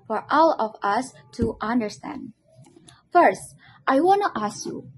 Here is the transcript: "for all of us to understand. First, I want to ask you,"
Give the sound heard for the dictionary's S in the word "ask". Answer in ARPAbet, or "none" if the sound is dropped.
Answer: S